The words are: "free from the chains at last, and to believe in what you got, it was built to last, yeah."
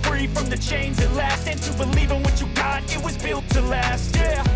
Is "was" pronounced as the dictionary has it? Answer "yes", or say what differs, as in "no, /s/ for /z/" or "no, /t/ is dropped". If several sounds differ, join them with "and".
yes